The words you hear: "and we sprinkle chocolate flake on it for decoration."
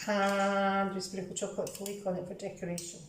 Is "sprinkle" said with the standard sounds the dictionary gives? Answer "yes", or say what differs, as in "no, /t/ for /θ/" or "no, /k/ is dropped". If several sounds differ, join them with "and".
no, /ŋ/ is dropped